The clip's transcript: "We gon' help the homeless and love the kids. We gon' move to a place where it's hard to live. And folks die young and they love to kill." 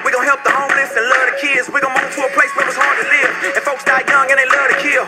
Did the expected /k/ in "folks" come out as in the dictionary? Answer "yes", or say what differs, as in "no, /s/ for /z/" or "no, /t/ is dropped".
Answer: yes